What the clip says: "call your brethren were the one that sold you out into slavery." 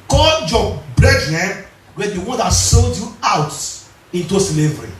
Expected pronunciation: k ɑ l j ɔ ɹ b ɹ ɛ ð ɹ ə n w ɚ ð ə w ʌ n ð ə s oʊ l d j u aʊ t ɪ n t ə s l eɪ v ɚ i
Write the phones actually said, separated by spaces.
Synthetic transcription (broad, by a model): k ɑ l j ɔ b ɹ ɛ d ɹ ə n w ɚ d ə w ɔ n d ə s oʊ l d j u aʊ t ɪ n t ə s l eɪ v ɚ i